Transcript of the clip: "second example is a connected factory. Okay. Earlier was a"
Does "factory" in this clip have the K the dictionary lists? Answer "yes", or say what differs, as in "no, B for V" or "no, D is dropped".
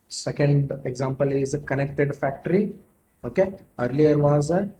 yes